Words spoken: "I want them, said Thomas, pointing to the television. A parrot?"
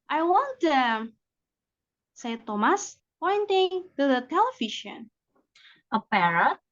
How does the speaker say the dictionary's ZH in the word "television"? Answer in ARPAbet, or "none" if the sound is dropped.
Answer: SH